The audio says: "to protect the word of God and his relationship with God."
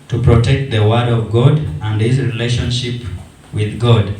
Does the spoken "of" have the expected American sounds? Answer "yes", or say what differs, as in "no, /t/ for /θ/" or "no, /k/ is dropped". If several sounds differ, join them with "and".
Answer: yes